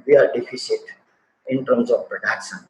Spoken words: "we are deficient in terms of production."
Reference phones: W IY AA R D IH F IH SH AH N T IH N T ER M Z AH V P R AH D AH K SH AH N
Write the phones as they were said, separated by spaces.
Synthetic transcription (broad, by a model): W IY AA R D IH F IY S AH T IH N T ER M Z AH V P R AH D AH K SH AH N